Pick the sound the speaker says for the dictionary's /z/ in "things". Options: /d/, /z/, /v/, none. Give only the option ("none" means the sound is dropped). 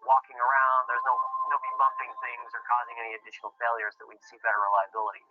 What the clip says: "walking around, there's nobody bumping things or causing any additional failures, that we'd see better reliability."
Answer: /z/